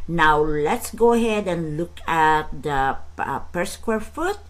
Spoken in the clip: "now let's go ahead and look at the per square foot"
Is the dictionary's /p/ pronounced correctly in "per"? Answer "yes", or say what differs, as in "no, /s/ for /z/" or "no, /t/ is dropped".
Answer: yes